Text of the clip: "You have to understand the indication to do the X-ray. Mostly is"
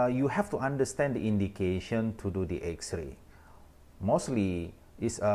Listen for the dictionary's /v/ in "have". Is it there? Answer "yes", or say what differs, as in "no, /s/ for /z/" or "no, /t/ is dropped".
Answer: no, /f/ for /v/